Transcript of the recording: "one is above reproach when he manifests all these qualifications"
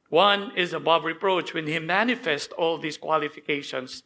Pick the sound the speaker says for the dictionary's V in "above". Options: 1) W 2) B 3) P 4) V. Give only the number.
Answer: 2